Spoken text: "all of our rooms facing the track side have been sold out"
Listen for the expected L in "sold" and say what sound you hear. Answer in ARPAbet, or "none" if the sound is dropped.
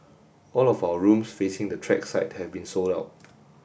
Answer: L